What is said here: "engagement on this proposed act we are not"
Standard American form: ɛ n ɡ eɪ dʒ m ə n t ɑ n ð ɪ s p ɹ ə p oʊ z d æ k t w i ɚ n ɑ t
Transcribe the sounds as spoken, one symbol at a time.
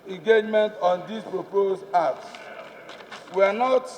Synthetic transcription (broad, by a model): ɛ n ɡ eɪ dʒ m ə n t ɑ n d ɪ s p ɹ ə p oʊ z ɑ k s w i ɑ n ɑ t